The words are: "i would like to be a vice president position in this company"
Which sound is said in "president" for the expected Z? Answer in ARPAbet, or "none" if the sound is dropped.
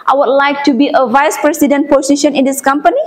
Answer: S